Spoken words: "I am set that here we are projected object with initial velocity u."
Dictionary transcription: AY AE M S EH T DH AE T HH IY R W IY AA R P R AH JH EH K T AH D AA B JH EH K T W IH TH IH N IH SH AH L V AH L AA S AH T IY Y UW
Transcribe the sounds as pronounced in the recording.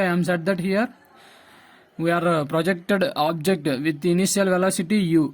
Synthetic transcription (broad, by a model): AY M S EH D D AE T HH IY R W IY AA R P R AH JH EH K T AH D AA B JH EH K T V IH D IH N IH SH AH L V AH L AA S AH T IY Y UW